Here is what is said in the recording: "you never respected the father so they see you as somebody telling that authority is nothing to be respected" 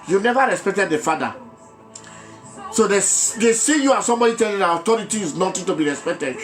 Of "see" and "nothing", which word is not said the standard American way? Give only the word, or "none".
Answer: nothing